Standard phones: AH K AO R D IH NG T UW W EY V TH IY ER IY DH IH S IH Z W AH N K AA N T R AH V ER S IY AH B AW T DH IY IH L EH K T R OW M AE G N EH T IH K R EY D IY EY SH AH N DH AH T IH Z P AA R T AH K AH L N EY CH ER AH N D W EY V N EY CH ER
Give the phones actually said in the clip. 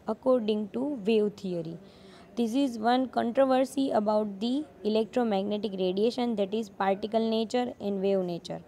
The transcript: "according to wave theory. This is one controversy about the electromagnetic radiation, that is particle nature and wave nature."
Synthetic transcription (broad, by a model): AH K AO R D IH NG T UW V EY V T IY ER IY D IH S IH Z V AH N K AA N T R AH V ER S IY AH B AW T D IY IH L EH K T R OW M AE G N EH T IH K R EY D IY EY SH AH N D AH T IH Z P AA R T AH K AH L N EY CH ER AH N D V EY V N EY CH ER